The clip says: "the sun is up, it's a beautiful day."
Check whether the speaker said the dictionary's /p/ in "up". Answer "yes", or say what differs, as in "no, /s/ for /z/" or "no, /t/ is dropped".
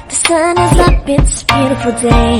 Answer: no, /b/ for /p/